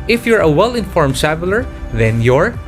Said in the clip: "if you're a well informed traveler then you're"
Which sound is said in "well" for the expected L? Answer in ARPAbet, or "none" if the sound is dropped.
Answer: L